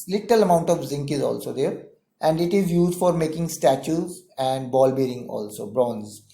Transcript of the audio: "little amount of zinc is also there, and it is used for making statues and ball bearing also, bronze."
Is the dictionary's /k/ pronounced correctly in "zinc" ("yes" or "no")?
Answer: yes